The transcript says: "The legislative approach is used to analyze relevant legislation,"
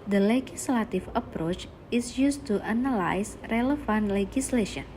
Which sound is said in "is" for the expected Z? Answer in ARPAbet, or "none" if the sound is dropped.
S